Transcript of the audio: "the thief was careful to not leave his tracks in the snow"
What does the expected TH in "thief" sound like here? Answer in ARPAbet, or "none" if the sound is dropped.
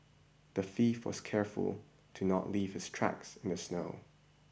F